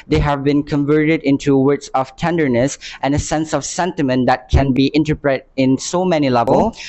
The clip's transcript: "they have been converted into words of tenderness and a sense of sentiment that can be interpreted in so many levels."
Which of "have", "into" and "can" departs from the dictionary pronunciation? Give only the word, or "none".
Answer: none